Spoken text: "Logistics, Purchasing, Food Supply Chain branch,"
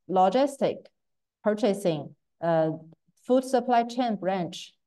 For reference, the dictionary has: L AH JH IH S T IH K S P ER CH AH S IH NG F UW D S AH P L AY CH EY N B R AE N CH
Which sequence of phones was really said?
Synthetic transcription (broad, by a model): L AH JH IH S T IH K P ER CH AH S IH NG F UW D S AH P L AY CH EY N B R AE N CH